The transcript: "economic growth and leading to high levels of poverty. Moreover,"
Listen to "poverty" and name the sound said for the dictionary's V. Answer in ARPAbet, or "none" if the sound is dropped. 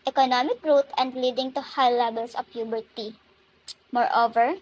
B